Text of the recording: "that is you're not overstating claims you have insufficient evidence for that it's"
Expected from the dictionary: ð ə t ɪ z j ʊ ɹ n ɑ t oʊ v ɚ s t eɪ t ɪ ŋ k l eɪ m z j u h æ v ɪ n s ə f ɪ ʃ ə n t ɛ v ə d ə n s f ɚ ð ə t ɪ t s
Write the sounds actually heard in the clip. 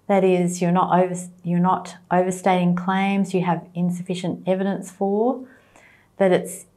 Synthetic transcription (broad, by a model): ð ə t ɪ z j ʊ ɹ n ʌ t oʊ v ɚ s t eɪ t ɪ ŋ k l eɪ m z j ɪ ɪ v ɪ n s ə f ɪ ʃ ə n t ɛ v ə d ə n s f ɚ ð ə t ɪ t s